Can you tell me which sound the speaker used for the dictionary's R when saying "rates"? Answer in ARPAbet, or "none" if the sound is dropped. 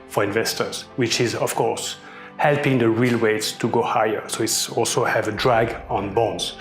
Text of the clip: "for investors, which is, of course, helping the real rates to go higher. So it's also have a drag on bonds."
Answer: W